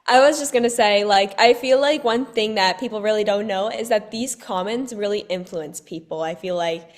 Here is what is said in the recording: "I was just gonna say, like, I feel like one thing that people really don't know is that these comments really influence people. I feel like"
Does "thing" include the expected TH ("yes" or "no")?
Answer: yes